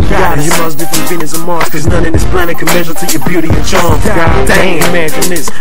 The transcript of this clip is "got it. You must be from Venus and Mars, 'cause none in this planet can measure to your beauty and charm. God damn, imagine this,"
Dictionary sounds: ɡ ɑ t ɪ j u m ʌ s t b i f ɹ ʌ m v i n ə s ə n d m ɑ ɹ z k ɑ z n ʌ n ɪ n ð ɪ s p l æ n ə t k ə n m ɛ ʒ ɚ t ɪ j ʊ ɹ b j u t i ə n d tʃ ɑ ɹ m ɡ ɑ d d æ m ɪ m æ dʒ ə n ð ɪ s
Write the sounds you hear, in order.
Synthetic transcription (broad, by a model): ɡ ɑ ɪ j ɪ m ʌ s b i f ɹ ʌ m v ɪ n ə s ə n m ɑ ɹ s k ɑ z n ʌ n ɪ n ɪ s p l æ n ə k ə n m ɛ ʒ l t ɪ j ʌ ɹ b j u t i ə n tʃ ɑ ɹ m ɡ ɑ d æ ɪ m æ dʒ ə n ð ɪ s